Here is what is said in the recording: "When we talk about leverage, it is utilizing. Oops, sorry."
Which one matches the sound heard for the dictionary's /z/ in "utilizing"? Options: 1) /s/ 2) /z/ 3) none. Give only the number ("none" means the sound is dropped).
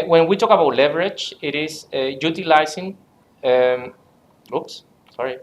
1